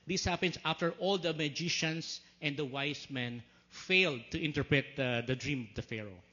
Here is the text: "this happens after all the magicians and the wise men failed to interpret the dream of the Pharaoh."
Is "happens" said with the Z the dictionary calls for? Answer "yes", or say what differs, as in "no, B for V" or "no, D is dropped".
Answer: no, S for Z